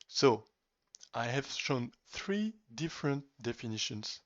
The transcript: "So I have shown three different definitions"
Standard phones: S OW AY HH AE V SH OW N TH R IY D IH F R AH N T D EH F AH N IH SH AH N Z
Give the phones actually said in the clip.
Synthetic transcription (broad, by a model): S OW AY HH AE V SH OW N TH R IY D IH F R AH N T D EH F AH N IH SH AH N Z